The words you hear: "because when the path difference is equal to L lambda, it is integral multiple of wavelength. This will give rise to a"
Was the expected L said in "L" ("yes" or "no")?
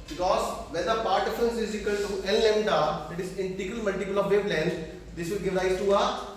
no